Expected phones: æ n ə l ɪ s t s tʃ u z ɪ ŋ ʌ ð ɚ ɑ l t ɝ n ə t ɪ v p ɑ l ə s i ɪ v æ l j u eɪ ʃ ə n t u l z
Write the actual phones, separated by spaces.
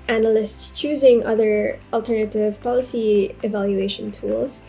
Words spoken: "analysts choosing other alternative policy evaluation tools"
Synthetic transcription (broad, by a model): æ n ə l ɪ s t s tʃ u z ɪ ŋ ʌ ð ɚ ɑ l t ɝ n ə t ɪ v p ɑ l ə s i ɪ v æ l j u eɪ ʃ ə n t u l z